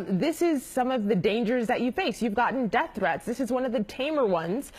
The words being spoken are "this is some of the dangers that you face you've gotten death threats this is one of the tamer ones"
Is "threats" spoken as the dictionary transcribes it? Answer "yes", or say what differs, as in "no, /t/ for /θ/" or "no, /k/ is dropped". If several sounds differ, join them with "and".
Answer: yes